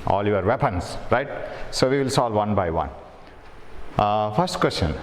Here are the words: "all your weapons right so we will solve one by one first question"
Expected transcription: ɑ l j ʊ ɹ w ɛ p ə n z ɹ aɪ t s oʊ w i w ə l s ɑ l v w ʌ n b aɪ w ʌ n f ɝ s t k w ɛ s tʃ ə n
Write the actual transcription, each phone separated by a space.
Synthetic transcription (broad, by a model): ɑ l j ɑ ɹ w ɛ p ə n s ɹ aɪ t s oʊ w i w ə l s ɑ l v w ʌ n b aɪ w ʌ n p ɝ s t k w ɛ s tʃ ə n